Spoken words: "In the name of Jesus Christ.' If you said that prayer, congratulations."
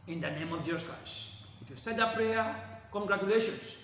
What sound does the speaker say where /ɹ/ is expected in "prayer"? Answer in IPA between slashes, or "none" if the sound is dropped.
/ɹ/